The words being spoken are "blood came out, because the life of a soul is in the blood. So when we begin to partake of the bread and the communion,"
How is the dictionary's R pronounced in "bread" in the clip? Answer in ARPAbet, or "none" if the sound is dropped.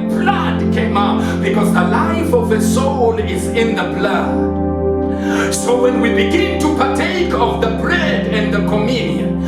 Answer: L